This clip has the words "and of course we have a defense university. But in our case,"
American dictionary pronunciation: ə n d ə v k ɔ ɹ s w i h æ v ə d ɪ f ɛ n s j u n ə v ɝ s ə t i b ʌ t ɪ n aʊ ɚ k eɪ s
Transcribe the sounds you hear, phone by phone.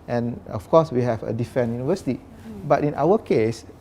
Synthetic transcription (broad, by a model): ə n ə f k ɔ s w i h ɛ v ə d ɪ f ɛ n j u n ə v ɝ s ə t i b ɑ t ɪ n aʊ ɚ k eɪ s